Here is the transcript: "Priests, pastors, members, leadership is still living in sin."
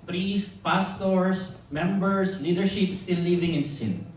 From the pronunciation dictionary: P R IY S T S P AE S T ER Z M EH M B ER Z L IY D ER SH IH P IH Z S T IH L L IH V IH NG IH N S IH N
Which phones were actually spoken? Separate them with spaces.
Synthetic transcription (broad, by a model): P R IY S T P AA S T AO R M EH M B ER S L IY D ER SH IH P S T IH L L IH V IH NG IH N S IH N